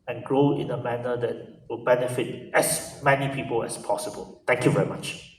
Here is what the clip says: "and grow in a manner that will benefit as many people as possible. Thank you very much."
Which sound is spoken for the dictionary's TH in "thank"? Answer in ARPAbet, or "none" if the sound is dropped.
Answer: T